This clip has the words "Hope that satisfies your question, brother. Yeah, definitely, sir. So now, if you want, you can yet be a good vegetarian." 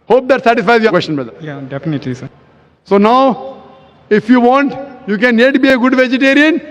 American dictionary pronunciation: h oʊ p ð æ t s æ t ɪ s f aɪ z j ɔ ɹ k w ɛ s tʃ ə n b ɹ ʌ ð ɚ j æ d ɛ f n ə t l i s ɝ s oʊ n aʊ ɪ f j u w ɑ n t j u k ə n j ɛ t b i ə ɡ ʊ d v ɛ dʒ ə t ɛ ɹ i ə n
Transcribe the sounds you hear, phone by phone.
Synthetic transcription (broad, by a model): h oʊ p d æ t s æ t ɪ s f aɪ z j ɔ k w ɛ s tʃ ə n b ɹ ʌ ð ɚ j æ d ɛ f n ə t l i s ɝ s oʊ n aʊ ɪ f j u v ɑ n t j u k ə n j ɛ t b i ə ɡ ʊ d v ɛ dʒ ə t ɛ ɹ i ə n